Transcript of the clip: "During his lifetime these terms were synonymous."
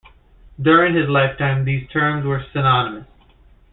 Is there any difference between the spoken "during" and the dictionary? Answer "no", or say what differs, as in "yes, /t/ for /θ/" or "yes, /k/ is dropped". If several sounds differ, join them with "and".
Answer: no